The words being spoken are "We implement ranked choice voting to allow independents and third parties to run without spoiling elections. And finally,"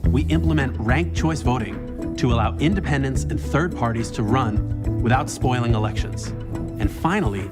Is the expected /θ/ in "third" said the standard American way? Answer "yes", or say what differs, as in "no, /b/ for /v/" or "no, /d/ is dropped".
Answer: yes